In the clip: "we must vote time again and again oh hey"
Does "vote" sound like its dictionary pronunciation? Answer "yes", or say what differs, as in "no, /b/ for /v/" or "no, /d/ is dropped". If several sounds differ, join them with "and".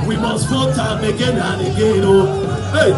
no, /f/ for /v/